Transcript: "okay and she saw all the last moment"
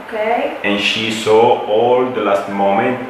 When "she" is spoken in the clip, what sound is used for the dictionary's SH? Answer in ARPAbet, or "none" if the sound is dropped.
SH